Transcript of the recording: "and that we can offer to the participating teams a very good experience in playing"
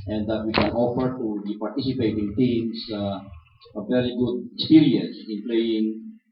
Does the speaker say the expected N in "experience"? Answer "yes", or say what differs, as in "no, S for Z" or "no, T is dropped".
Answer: no, N is dropped